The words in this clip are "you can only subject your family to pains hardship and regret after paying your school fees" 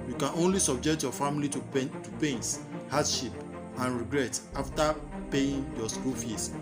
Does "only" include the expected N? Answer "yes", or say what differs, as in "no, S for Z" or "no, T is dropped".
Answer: yes